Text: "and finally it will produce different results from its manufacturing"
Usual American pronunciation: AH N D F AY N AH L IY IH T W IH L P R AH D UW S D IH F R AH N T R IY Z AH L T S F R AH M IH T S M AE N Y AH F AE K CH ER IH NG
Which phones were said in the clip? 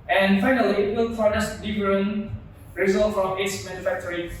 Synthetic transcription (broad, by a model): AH N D F AY N AH L IY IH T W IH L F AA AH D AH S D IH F R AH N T R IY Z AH L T F R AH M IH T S M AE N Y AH F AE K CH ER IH